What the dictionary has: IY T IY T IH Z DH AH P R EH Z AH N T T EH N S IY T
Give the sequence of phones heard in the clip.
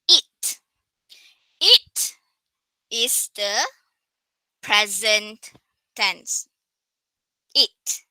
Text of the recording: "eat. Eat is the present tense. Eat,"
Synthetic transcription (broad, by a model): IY T IY T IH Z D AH P R EH Z AH N T T EH N S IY T